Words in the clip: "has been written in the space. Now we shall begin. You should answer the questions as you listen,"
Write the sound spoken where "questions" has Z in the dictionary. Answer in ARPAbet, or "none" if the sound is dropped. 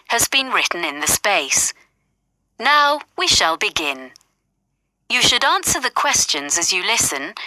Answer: Z